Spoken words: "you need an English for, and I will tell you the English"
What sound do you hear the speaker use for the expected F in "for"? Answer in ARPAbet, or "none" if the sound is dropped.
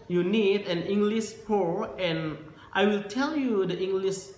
P